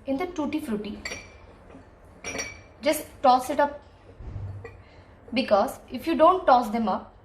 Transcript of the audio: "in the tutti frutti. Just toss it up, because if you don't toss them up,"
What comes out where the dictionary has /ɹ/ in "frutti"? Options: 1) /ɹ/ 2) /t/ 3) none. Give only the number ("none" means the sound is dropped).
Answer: 1